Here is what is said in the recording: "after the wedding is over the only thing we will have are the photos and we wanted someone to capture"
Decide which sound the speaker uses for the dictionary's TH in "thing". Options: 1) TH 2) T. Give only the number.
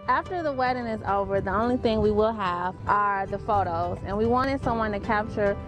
1